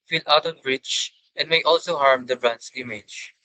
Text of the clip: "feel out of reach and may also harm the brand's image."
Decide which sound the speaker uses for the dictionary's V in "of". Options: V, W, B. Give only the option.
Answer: B